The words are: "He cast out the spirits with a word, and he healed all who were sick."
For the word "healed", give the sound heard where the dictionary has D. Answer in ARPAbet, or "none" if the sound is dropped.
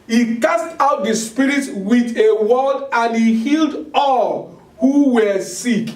D